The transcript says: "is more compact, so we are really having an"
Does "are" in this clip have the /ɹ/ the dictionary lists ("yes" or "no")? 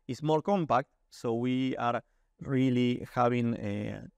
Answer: yes